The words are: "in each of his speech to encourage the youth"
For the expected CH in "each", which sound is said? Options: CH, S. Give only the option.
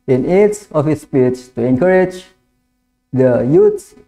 S